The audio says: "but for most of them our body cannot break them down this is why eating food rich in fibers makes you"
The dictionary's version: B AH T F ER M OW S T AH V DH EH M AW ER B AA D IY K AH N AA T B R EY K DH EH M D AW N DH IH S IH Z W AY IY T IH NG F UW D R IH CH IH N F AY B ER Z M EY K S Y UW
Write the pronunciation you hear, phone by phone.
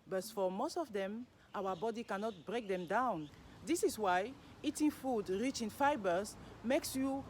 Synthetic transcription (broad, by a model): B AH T F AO M OW S T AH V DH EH M AW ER B AA D IY K AH N AA T B R EY K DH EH M D AW N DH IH S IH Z W AY IY T IH NG F UW D R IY CH IH N F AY B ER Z M EY K S Y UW